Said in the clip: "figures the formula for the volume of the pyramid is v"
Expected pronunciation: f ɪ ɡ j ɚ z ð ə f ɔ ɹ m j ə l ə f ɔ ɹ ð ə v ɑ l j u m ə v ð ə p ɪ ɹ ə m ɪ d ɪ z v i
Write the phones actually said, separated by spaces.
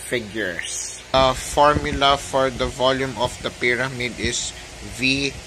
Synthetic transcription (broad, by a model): f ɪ ɡ j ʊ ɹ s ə f ɔ ɹ m j ə l ə f ɔ ɹ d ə v ɑ l j u m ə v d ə p ɪ ɹ ə m ɪ d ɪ s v i